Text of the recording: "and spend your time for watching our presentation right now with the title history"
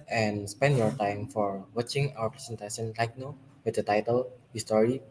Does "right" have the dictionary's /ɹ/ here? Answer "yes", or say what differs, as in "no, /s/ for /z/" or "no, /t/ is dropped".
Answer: no, /l/ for /ɹ/